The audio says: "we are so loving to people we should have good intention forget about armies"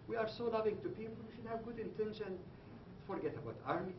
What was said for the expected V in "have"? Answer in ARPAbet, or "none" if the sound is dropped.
V